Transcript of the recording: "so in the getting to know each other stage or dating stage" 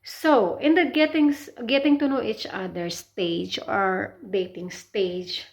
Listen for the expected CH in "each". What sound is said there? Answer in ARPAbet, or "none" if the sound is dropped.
CH